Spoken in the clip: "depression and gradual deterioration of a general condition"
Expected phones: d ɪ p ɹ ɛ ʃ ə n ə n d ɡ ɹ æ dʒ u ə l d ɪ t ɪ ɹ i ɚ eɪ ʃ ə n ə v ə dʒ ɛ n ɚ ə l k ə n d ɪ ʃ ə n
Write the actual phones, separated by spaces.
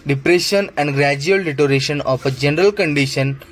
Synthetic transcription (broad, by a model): d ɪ p ɹ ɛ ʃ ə n ə n d ɡ ɹ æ dʒ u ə l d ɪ t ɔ ɹ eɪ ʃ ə n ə p ə dʒ ɛ n ɚ ə l k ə n d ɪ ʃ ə n